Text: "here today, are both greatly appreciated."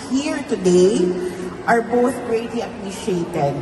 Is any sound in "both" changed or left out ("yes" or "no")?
no